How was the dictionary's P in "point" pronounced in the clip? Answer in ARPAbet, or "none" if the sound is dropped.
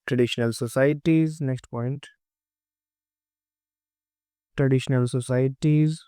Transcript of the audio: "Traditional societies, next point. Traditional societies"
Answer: P